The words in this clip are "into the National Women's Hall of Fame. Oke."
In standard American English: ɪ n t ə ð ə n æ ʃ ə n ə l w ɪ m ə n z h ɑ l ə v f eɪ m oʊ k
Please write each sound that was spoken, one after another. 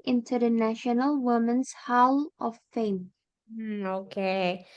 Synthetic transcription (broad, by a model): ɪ n t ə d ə n æ ʃ ə n ə l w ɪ m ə n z h ɑ l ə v f eɪ m oʊ k